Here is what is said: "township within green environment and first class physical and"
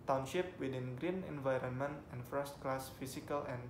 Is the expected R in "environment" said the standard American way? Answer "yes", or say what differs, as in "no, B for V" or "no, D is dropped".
yes